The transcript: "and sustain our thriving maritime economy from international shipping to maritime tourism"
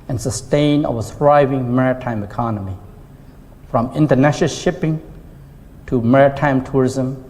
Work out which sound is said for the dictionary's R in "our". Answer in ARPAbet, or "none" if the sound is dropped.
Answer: W